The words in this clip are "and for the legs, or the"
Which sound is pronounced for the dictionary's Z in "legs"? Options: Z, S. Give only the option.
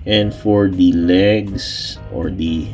S